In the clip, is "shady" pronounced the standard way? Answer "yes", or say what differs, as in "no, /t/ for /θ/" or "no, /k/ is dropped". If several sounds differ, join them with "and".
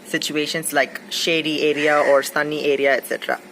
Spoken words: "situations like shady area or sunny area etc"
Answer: yes